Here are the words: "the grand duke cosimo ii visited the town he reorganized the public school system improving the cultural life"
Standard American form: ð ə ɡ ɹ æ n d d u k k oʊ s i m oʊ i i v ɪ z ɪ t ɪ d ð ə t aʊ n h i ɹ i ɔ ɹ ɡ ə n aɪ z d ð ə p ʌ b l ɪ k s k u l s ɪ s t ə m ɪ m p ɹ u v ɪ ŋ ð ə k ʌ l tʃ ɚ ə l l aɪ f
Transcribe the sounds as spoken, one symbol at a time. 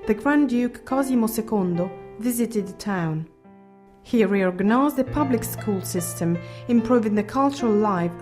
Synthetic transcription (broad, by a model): ð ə ɡ ɹ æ n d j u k k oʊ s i m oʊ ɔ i v ɪ z ɪ t ɪ d ð ə t aʊ n h i ɹ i ɔ ɹ ɡ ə n aɪ z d ð ə p ʌ b l ɪ k s k u l s ɪ s t ə m ɪ m p ɹ u v ɪ ŋ ð ə k ʌ l tʃ ɚ ə l l aɪ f